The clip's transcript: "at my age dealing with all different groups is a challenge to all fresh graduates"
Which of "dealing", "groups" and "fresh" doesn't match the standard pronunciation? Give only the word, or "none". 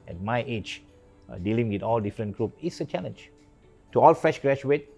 groups